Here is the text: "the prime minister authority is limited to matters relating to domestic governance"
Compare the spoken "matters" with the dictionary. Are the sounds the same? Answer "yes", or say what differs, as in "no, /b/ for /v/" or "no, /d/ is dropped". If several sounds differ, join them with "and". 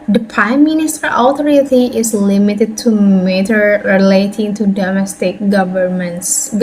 no, /z/ is dropped